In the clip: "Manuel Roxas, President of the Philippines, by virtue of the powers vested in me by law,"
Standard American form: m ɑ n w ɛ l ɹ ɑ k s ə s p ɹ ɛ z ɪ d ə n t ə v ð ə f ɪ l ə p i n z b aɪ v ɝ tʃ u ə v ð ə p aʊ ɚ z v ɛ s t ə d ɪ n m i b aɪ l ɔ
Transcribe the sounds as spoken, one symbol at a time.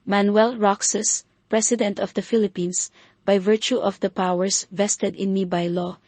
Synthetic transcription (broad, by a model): m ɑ n w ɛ l ɹ ɑ k s ə s p ɹ ɛ s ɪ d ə n t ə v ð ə f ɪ l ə p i n s b aɪ v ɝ tʃ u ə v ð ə p aʊ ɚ s v ɛ s t ə d ɪ n m i b aɪ l ɔ